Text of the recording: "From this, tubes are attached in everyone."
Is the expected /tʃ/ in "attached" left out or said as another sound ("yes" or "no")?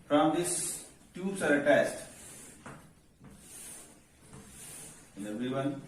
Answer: yes